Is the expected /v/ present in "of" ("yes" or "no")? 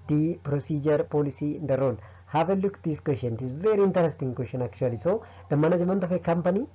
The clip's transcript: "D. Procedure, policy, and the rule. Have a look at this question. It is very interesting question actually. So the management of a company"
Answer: no